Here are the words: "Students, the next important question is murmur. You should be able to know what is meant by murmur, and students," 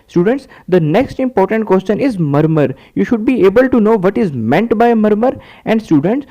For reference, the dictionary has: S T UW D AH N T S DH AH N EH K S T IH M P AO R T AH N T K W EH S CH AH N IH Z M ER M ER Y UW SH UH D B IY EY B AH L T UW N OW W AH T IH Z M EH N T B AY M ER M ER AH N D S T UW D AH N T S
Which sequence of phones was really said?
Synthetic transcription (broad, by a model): S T UW D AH N T S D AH N EH K S T IH M P AO R T AH N T K W EH S CH AH N IH Z M ER M ER Y UW SH UH D B IY EY B AH L T UW N OW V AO T IH Z M EH N T B AY M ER M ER AH N D S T UW D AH N T S